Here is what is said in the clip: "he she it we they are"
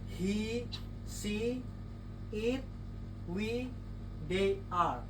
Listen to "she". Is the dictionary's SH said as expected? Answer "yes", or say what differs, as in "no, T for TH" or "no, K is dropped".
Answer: no, S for SH